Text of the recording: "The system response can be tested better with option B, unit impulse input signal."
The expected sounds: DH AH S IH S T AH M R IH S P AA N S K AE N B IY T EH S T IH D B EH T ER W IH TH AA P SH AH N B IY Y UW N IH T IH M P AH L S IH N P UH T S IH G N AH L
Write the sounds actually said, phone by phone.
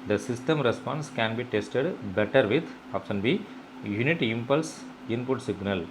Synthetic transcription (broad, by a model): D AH S IH S T AH M R IH S P AA N S K AE N B IY T EH S T IH D B EH T ER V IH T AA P S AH N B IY Y UW N IH T IH M P AH L S IH N P UH T S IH G N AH L